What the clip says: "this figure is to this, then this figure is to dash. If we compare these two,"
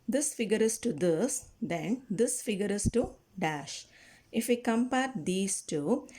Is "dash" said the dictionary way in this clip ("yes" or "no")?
yes